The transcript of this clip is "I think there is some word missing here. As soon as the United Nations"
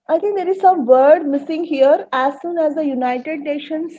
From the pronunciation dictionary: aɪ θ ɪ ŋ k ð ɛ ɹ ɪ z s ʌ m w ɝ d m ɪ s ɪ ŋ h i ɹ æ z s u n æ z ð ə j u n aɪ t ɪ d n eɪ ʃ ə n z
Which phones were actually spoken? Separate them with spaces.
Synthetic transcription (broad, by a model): aɪ t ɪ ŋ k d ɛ ɹ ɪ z s ʌ m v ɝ d m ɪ s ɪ ŋ h i ɹ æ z s u n æ z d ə j u n aɪ t ɪ d n eɪ ʃ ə n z